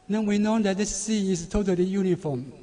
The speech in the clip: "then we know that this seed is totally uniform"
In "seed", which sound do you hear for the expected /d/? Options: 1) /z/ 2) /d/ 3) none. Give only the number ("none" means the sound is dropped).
3